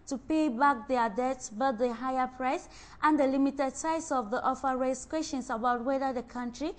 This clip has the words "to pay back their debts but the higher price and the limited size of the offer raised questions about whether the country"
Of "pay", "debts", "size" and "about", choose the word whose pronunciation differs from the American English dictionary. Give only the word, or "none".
size